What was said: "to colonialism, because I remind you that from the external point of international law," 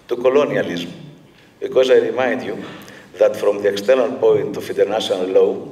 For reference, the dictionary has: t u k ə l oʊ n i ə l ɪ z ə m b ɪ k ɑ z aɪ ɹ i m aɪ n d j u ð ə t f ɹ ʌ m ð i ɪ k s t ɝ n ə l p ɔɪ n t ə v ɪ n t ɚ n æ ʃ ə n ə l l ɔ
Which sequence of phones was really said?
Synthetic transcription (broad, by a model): t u k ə l oʊ n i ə l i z m b ɪ k ɑ z aɪ ɹ i m aɪ n d j u ð ə t f ɹ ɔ m ð i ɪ k s t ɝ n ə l p ɔɪ n t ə f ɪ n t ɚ n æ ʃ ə n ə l l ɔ